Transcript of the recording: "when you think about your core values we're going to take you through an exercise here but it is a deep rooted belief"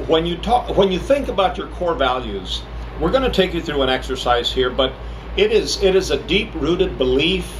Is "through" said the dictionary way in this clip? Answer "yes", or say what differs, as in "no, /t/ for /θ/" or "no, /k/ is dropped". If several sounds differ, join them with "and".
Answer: yes